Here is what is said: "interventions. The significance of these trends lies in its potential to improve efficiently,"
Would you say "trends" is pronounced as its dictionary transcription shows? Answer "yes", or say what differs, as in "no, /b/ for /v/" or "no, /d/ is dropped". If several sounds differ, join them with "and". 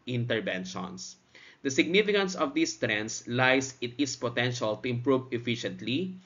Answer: no, /s/ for /z/